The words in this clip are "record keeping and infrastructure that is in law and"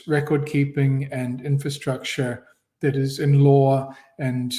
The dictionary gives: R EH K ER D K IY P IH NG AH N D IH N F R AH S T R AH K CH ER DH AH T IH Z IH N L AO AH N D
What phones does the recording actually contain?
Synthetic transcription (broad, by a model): R EH K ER D K IY P IH NG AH N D IH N F R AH S T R AH K CH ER DH AH T IH Z IH N L AO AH N